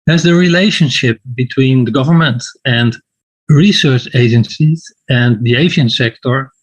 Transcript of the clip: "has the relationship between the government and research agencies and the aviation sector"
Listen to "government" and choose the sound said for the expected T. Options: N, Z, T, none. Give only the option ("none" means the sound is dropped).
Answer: T